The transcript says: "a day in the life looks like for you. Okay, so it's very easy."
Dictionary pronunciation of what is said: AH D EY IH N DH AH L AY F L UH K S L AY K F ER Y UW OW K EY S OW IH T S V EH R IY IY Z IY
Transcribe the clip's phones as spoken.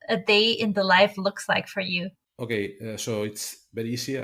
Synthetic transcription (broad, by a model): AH D EY IH N DH AH L AY F L UH K S L AY K F ER Y UW OW K EY S OW IH T S B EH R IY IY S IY